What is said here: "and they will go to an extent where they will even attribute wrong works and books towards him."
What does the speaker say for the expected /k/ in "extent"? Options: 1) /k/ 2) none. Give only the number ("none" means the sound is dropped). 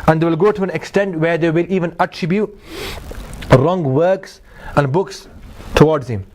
1